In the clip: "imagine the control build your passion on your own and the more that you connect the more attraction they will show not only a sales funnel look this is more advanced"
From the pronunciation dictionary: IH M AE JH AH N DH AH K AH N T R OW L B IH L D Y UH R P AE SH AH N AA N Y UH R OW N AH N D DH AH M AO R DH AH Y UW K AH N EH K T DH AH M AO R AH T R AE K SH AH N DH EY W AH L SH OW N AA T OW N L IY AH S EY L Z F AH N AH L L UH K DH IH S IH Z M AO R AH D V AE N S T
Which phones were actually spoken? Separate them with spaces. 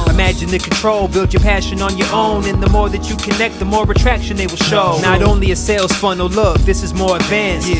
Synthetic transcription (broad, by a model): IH M AE JH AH N DH AH K N T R OW L B IH L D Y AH R P AE SH AH N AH N Y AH R OW N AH N DH AH M AO R DH AH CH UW K AH N EH K T DH AH M AO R AH T R AE K SH AH N DH EY W AH L SH OW N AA T OW N L IY AH S EY L Z F AH N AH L L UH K DH IH S IH Z M AO R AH D V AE N S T